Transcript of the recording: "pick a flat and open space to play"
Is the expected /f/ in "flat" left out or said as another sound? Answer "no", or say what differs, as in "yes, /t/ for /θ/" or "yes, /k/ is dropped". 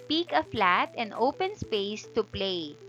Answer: no